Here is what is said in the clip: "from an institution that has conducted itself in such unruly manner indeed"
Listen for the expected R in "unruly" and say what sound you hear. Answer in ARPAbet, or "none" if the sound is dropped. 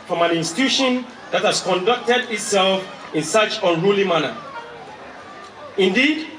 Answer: R